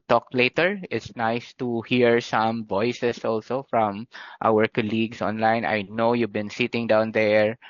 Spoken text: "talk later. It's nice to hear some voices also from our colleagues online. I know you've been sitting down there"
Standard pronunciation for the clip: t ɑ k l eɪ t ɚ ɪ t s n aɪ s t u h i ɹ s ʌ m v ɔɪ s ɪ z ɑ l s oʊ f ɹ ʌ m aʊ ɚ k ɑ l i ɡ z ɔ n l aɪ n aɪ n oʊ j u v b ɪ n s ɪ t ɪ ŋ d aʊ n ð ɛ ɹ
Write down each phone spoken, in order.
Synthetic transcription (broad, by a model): t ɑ k l eɪ t ɚ ɪ t s n aɪ s t u h i ɹ s ʌ m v ɔɪ s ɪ s ɑ l s oʊ f ɹ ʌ m aʊ ɚ k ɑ l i ɡ s ɔ n l aɪ n aɪ n oʊ j u v b ɪ n s ɪ t ɪ ŋ d aʊ n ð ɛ ɹ